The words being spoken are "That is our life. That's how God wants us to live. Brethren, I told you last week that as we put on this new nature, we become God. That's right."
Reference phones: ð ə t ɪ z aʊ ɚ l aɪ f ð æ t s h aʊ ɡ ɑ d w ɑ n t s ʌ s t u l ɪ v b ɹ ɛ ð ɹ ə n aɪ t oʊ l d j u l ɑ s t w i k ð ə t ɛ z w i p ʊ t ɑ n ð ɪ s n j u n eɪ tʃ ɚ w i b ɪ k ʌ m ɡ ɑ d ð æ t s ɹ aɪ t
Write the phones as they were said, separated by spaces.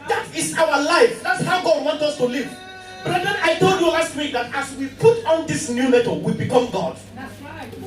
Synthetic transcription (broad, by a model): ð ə t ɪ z aʊ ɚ l aɪ f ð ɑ t s h aʊ ɡ ɑ d w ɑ n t ʌ s t u l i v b ɹ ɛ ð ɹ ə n aɪ t oʊ l d j u l ɑ s t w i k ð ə t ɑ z w i p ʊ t ɑ n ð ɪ s n j u l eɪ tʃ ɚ w i b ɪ k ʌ m ɡ ɑ d